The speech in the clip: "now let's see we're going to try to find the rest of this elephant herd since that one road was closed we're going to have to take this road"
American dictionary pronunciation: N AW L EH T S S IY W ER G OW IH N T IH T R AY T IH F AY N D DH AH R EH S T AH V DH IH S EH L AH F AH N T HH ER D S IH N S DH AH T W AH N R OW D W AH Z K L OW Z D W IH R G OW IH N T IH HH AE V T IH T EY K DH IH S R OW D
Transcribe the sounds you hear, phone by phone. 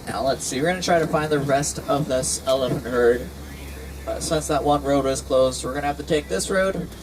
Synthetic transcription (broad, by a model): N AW L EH T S S IY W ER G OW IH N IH T R AY T IH F AY N DH AH R EH S T AH V DH IH S EH L AH F AH N T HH ER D S IH N S DH AH T W AH N R OW D W AH Z K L OW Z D W IH R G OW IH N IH HH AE F T IH T EY K DH IH S R OW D